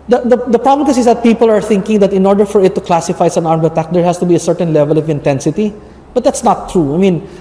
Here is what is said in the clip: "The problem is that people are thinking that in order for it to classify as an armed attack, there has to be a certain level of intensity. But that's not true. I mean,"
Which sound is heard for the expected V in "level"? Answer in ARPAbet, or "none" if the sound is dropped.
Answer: V